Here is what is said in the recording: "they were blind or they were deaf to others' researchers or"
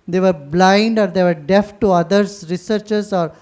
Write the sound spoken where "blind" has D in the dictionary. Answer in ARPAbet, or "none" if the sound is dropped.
D